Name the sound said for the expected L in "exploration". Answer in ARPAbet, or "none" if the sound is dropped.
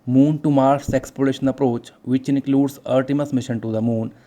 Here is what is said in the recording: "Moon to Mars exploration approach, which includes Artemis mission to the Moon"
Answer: none